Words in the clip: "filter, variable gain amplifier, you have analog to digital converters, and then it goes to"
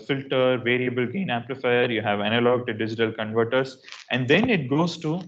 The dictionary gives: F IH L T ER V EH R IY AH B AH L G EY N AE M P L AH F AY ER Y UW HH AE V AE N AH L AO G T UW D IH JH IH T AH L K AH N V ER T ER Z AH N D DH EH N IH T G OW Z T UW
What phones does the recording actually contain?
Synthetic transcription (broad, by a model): F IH L T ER V EH R IY AH B AH L G EY N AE P L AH F AY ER Y UW HH AE V AE N AH L AO G T UW D IH JH IH T AH L K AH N V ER T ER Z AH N D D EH N IH T G OW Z T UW